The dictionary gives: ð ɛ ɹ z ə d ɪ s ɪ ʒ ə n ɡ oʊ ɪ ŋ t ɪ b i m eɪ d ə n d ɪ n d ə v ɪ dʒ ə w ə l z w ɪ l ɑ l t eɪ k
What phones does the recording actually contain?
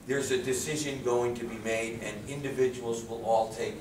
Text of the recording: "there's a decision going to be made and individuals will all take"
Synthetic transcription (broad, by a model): ð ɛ ɹ z ə d ɪ s ɪ ʒ ə n ɡ oʊ ɪ ŋ t ɪ b i m eɪ d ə n ɪ n d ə v ɪ dʒ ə w l z w ɪ l ɑ l t eɪ k